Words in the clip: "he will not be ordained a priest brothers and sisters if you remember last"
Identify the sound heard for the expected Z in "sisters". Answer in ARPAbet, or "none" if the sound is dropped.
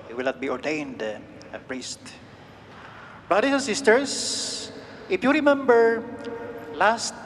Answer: S